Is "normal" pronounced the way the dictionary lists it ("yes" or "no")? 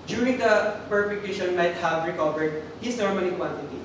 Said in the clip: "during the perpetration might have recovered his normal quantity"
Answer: no